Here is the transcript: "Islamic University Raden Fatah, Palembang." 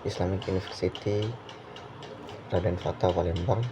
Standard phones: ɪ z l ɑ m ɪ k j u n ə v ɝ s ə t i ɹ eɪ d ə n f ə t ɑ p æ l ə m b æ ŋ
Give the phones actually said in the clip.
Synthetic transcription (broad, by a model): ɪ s l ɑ m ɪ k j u n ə f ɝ s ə t i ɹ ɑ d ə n f ə t ɑ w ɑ l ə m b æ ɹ